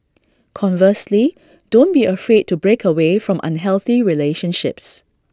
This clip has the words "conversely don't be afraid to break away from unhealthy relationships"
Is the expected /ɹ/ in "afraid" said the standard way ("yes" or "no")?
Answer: yes